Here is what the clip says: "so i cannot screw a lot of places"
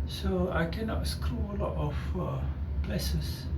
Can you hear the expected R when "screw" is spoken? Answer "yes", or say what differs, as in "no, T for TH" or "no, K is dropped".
yes